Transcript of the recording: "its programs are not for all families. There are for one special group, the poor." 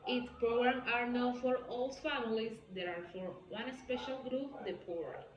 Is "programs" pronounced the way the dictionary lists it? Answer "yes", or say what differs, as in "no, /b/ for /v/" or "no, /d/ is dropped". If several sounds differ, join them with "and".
no, /z/ is dropped